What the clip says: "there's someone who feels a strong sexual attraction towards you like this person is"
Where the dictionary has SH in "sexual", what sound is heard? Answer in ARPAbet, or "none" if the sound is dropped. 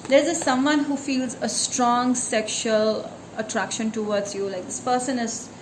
SH